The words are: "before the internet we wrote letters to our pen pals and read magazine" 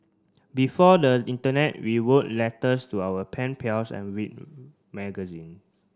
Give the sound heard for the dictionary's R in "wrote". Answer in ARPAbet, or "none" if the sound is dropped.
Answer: W